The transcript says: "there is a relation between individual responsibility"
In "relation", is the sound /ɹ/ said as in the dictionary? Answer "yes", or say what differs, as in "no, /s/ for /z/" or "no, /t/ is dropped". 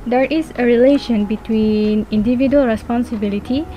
yes